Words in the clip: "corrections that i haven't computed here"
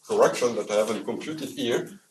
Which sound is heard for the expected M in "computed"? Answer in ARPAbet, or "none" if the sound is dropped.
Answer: M